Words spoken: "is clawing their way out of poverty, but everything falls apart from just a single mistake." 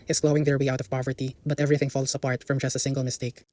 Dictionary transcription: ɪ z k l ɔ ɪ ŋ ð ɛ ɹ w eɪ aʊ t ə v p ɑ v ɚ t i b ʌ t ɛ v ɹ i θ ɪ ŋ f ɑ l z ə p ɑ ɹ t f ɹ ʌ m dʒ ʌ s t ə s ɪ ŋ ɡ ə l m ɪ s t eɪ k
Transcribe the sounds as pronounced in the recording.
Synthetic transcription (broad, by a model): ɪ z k l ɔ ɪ ŋ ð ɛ ɹ w eɪ aʊ t ə v p ɑ v ɚ t i b ʌ t ɛ v ɹ i θ ɪ ŋ f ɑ l s ə p ɑ ɹ t f ɹ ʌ m dʒ ʌ s t ə s ɪ ŋ ɡ ə l m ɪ s t eɪ k